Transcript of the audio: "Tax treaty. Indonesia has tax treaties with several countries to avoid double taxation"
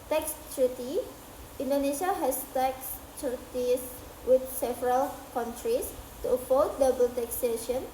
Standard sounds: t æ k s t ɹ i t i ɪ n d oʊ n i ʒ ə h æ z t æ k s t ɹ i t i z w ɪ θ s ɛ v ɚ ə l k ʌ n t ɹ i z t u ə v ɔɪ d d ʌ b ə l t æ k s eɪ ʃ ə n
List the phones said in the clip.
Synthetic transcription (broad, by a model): t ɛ k s t ɹ i t i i n d oʊ n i ʃ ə h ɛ s t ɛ k s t ɹ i t i s w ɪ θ s ɛ v ɚ ə l k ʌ n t ɹ i s t u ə f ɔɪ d d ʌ b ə l t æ k s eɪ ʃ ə n